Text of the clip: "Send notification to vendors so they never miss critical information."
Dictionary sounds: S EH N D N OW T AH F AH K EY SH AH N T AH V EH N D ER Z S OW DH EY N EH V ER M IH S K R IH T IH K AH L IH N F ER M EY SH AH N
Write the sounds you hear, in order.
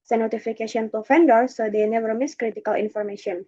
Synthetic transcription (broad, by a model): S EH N N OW T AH F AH K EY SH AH N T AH F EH N D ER S OW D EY N EH V ER M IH S K R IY T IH K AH L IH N F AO M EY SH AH N